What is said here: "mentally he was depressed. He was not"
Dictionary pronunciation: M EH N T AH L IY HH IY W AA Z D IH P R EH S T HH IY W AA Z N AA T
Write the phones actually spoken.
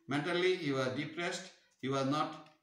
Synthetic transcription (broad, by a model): M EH N T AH L IY HH IY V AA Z D IH P R EH S T HH IY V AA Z N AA T